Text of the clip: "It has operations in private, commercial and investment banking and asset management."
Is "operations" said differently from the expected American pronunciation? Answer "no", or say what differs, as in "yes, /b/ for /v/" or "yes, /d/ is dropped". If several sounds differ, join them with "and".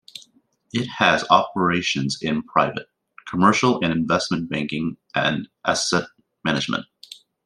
no